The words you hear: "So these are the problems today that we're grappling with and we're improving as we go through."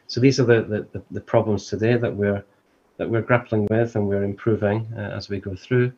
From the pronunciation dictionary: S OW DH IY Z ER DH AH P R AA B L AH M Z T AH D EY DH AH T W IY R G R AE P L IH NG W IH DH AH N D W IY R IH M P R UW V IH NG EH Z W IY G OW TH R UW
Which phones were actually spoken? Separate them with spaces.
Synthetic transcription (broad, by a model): S OW DH IY Z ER DH AH P R AA B L AH M Z T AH D EY DH AH T W IY R G R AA P L IH NG W IH DH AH N W IY R IH M P R UW V IH NG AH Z W IY G OW TH R UW